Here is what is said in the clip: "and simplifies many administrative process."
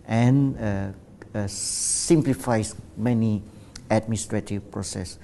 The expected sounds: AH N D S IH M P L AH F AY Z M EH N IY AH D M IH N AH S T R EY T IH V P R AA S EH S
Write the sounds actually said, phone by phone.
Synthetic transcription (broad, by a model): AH N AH S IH M P L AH F AY S M EH N IY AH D M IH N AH S T R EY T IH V P R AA S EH S